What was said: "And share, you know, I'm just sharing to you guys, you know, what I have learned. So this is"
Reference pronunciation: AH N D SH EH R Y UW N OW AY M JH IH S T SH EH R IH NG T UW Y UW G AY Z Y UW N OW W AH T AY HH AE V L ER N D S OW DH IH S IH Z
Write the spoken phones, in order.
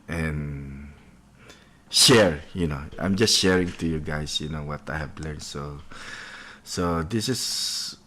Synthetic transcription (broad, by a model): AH N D SH EH R Y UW N OW AY M JH IH S T SH EH R IH NG T UW Y UW G AY S Y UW N OW W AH T AY HH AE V L ER N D S OW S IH S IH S